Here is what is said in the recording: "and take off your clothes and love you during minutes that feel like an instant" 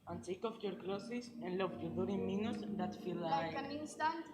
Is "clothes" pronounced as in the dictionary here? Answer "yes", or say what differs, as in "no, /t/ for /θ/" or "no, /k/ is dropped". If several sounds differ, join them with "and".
no, /s/ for /z/